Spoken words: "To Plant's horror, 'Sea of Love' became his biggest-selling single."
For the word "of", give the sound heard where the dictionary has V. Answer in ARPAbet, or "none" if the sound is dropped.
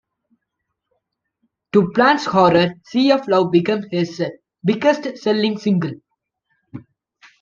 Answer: F